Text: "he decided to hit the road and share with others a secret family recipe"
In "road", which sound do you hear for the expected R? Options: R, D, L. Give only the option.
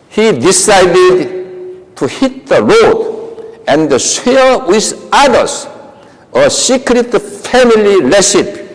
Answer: L